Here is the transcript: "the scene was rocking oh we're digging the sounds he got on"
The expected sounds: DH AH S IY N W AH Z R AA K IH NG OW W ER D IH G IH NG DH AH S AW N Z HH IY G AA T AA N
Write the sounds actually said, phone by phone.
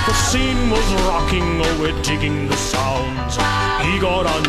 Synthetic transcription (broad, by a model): DH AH S IY N W AH Z R AA K IH NG OW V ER D IH G IH NG DH AH S AW N Z HH IY G AA T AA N